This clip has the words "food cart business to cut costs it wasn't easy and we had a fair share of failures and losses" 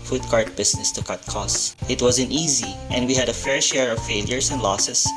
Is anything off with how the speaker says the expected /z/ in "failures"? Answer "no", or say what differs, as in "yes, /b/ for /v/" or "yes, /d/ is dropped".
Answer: yes, /s/ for /z/